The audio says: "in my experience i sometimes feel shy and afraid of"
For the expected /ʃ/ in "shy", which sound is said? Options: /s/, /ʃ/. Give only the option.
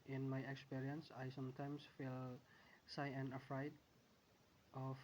/s/